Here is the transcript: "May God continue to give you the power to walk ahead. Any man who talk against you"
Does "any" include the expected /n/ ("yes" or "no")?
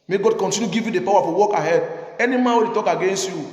yes